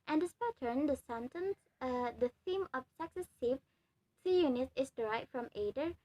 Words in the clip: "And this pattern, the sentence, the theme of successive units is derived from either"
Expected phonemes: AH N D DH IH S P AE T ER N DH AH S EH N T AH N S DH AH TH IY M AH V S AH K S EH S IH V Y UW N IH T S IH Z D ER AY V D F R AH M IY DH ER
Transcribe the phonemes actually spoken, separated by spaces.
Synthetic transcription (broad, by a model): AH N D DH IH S P AE T ER N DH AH S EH N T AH N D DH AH TH IY M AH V S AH K S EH S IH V Y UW N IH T IH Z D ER AY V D F R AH M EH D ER